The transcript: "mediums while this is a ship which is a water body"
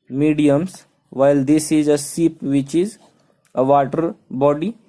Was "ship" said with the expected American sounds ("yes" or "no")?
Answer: no